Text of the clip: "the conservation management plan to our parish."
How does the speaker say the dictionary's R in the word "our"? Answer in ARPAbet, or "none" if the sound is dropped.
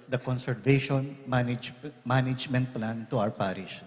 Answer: W